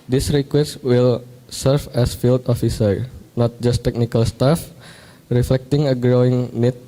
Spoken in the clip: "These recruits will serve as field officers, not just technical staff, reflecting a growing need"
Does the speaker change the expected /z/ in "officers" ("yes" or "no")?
yes